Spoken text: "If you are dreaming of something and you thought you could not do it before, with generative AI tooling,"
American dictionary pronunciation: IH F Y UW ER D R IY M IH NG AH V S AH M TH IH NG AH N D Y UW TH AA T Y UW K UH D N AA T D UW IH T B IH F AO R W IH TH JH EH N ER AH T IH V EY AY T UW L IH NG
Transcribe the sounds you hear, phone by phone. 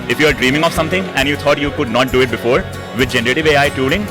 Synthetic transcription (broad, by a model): IH F Y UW ER D R IY M IH NG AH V S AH M T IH NG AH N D Y UW T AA T Y UW K UH D N AA T D UW IH T B IH F AO R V IH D JH EH N ER AH T IH V EY AY T UW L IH NG